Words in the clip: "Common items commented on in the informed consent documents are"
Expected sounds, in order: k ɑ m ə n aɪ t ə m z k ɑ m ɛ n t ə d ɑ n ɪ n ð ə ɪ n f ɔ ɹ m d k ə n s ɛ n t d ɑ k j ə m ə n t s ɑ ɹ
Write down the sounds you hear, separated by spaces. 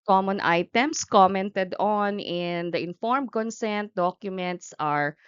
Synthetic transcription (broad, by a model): k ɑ m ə n aɪ t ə m s k ɑ m ɛ n t ə d ɑ n ɪ n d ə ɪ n f ɔ ɹ m k ə n s ɛ n t d ɑ k j ə m ə n t s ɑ ɹ